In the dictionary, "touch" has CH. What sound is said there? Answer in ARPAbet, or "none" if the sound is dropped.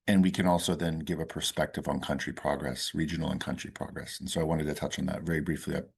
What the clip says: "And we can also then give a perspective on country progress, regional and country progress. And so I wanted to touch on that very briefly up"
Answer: CH